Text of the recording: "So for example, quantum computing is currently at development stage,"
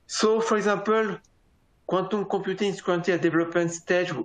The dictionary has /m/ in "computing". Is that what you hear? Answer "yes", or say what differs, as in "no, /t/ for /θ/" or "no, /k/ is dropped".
no, /m/ is dropped